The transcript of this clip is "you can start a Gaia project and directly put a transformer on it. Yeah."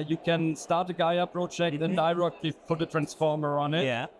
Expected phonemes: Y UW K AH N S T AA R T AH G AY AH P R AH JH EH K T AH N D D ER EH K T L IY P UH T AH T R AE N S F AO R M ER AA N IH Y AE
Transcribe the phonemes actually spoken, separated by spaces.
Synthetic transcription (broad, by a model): Y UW K AH N S T AA R T AH G AY AH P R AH CH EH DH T AH N D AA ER EH K T L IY P UH T AH T R AE N S F AO R M ER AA N IH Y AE